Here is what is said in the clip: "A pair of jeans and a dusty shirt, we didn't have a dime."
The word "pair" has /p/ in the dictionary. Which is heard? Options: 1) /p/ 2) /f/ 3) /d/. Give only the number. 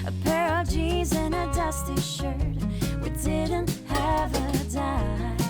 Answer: 1